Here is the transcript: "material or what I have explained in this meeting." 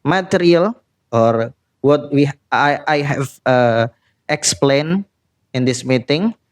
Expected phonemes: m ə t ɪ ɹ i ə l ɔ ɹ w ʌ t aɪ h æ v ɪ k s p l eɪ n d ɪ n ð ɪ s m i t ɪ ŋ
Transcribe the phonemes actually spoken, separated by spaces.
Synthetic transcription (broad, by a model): m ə t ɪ ɹ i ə l ɔ ɹ w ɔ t aɪ h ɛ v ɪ k s p l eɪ n ɪ n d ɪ s m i t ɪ ŋ